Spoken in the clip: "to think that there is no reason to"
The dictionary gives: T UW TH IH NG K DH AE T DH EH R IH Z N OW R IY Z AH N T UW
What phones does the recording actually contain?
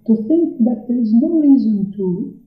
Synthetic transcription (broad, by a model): T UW TH IH NG K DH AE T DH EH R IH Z N OW R IY Z AH N T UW